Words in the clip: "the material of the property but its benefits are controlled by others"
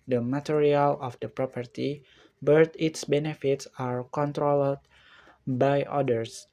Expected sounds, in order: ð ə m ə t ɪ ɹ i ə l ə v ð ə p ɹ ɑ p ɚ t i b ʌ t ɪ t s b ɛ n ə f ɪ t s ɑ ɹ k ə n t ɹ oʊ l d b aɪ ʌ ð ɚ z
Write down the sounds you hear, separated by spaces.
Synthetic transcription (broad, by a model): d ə m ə t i ɹ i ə l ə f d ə p ɹ ɑ p ɚ t i b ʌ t ɪ t s b ɛ n ə f ɪ t s ɑ ɹ k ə n t ɹ oʊ l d b aɪ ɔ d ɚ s